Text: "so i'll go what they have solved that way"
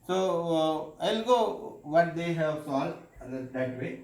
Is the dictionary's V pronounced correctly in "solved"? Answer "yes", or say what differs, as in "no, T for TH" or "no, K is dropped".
no, V is dropped